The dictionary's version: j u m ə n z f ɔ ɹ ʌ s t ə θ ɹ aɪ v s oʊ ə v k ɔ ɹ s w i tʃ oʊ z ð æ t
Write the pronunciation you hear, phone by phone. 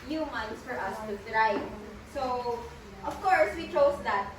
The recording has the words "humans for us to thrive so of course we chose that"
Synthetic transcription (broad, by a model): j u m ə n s f ɔ ɹ ʌ s t ə t ɹ aɪ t s oʊ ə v k ɔ ɹ s w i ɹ oʊ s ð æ t